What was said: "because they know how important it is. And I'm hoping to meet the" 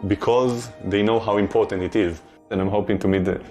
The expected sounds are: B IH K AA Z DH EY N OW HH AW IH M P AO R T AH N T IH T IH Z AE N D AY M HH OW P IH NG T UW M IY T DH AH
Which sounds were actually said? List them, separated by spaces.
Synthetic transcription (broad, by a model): B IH K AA Z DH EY N OW HH AW IH M P AO R T AH N T IH T IH Z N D AY M HH OW P IH NG T UW M IY T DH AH